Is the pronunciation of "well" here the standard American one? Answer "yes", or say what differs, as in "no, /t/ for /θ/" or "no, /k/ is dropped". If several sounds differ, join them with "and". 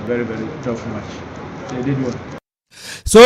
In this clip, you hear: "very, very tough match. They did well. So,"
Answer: no, /n/ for /l/